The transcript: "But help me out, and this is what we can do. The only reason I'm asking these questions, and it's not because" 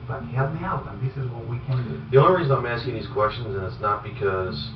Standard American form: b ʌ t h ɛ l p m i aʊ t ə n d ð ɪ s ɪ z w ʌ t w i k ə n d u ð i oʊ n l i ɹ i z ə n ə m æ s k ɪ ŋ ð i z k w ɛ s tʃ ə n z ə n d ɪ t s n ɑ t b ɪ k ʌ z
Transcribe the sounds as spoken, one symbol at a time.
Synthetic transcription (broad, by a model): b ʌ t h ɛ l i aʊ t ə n ð ɪ s ɪ z w ʌ t w i k ə n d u ð i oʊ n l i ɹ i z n ə m æ s k ɪ ŋ ð i z k w ɛ s tʃ ə n z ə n ɪ t s n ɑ t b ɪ k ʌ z